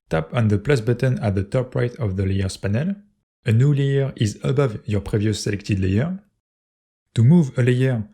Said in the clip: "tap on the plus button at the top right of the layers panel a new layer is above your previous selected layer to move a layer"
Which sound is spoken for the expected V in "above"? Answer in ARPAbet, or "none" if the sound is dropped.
V